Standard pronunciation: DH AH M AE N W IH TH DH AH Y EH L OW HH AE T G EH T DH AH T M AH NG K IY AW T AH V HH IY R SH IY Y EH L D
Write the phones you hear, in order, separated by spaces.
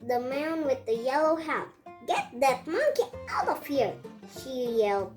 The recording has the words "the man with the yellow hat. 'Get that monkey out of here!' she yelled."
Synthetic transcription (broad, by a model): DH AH M AE N W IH DH AH Y EH L OW HH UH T G EH T DH AH T M AH NG K IY AW T AH V HH IY R SH IY Y EH L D